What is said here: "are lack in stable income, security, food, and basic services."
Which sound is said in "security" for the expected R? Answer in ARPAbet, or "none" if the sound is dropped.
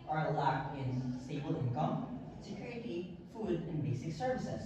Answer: none